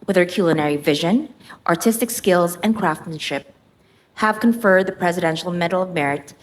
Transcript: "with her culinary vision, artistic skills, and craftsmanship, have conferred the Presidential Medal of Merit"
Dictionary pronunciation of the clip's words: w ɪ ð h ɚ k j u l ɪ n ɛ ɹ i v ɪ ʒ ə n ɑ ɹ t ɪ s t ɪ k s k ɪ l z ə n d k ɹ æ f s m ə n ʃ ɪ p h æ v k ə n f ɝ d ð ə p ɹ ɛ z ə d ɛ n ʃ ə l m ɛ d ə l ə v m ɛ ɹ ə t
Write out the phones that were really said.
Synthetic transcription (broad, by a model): w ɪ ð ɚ k j u l ɪ n ɛ ɹ i v ɪ ʒ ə n ɑ ɹ t ɪ s t ɪ k s k ɪ l z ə n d k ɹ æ f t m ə n ʃ ɪ p h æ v k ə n f ɝ d ð ə p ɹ ɛ z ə d ɛ n ʃ l m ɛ d l ə v m ɛ ɹ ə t